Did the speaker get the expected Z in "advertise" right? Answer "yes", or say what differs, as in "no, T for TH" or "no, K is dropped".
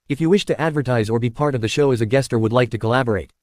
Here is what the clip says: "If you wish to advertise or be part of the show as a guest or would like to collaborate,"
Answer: yes